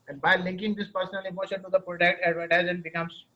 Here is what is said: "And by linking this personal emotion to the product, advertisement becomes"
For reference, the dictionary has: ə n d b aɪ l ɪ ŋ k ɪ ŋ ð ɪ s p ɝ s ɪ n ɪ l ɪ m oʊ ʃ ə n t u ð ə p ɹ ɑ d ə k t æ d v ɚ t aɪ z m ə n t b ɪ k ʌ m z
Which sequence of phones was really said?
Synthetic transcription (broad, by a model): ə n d b aɪ l ɪ ŋ k ɪ ŋ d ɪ s p ɝ s ɪ n ɪ l ɪ m oʊ ʃ ə n t u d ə p ɹ ɑ d ə k t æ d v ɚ t aɪ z ə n b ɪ k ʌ m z